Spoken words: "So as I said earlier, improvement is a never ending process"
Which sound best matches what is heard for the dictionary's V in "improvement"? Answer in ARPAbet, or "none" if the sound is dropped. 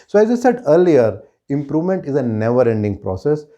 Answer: V